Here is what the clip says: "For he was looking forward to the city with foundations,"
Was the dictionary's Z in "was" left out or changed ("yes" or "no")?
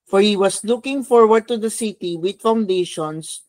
yes